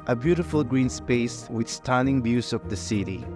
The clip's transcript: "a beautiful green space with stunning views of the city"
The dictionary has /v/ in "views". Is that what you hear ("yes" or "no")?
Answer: no